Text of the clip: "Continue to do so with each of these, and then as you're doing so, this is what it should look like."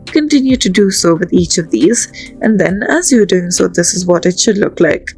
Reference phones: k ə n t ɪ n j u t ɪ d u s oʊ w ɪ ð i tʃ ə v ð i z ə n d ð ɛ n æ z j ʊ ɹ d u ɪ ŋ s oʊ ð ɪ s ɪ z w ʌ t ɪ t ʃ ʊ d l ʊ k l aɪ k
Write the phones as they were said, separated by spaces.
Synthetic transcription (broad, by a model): k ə n t ɪ n j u t ɪ d u s oʊ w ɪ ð i tʃ ə v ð i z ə n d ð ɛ n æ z j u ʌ d u ɪ ŋ s oʊ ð ɪ s ɪ z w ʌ t ɪ t ʃ ʊ d l ʊ k l aɪ k